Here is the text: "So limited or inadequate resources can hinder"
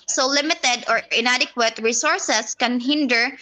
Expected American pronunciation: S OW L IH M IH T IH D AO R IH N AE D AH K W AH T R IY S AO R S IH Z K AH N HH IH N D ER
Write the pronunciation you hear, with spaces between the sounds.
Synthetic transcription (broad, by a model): S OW L IH M IH T IH D AO R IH N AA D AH K W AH T R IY S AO R S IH S K AH N HH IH N D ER